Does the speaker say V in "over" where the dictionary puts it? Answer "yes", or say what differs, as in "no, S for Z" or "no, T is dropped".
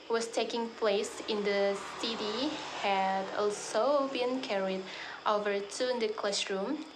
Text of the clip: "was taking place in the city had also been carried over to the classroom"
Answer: yes